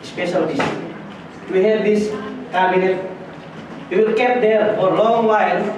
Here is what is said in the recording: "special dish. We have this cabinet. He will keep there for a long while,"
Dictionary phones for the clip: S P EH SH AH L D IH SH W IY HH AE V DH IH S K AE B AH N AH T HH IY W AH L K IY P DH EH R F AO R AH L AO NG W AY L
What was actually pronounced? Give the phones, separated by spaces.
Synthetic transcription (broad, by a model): S P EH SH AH L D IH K W IY HH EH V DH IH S K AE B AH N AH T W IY W AH L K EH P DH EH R F AO R L AO NG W AY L